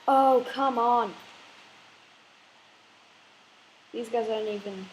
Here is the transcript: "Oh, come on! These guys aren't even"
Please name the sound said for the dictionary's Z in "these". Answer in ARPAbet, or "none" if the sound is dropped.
Z